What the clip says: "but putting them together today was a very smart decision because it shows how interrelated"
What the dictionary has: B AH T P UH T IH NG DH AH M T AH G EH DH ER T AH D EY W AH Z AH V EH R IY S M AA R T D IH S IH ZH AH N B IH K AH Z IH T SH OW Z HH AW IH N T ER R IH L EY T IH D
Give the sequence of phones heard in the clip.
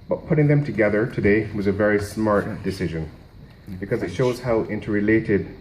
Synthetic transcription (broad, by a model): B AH T P UH T IH NG DH AH M T AH G EH DH ER T AH D EY W AH Z AH V EH R IY S M AA R T D IH S IH ZH AH N B IH K AH Z IH T SH OW Z HH AW IH N T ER R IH L EY T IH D